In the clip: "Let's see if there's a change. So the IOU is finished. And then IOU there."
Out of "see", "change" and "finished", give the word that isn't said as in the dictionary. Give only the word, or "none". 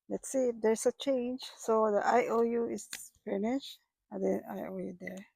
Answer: finished